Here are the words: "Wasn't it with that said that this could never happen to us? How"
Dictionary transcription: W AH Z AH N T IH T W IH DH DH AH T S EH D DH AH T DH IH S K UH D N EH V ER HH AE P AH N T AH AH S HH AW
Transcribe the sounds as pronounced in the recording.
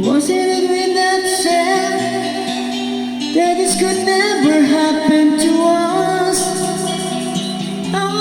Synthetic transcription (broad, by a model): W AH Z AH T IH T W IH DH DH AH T SH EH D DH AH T DH IH S K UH D N EH V ER HH AE P AH N T AH AH S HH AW